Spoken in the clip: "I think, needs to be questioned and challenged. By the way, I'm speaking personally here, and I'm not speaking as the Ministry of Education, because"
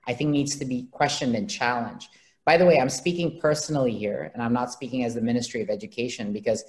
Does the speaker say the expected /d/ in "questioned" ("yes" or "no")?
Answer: yes